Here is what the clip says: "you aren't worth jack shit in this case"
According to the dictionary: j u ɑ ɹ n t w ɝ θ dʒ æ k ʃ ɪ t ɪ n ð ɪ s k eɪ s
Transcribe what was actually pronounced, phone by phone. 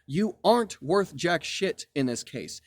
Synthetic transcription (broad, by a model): j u ɑ ɹ n t w ɝ θ dʒ æ k ʃ ɪ t ɪ n ð ɪ s k eɪ s